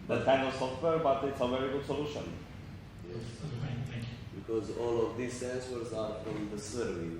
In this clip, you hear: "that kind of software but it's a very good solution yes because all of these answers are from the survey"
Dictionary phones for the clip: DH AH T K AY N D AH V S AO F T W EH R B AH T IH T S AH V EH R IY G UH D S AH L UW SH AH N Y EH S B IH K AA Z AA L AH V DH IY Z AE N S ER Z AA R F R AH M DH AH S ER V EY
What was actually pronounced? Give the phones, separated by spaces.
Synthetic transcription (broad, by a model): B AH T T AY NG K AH S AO F T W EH R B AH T IH T S AH V EH R IY G UH D S AH L UW SH AH N Y EH S B IH K AA Z AA L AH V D IY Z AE N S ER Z AA R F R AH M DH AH S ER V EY